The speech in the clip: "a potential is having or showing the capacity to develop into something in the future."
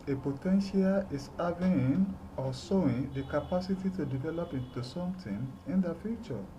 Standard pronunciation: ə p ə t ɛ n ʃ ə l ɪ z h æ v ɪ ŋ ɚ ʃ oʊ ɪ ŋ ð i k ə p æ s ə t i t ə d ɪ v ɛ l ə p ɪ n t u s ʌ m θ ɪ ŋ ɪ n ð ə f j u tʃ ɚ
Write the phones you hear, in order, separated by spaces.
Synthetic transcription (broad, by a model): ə p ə t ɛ n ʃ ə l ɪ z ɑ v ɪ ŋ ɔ s oʊ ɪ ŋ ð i k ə p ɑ s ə t i t ə d ɪ v ɛ l ə p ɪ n t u s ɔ m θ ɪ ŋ ɪ n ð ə f j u tʃ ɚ